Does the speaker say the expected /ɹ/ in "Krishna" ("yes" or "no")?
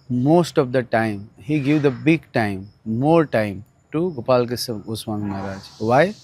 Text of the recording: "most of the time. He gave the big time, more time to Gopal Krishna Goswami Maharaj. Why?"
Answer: no